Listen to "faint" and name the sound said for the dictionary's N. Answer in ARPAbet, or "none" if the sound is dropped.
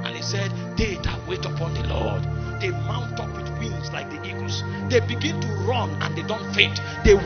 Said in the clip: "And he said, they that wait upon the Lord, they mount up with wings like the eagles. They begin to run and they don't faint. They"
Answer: none